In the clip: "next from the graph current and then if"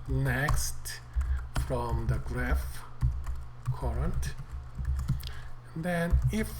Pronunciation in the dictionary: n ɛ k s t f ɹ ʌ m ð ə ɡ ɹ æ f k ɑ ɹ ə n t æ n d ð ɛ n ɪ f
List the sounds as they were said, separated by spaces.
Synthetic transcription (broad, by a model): n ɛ k s t f ɹ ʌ m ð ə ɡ ɹ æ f k ɑ ɹ ə n t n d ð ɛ n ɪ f